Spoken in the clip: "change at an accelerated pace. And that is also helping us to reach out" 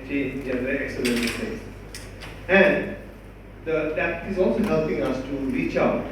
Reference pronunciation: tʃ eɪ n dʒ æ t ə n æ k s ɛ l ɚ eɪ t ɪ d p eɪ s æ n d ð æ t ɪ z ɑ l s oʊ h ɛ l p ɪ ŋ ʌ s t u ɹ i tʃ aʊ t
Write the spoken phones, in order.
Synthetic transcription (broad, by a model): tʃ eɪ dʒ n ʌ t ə l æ k s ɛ l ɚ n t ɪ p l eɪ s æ n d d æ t ɪ z ɑ l s oʊ h ɛ l p ɪ ŋ ʌ s t u ɹ i tʃ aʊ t